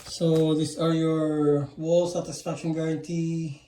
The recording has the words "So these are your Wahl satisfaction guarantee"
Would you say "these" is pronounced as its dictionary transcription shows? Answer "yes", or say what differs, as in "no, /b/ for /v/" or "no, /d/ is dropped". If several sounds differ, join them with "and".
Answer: no, /s/ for /z/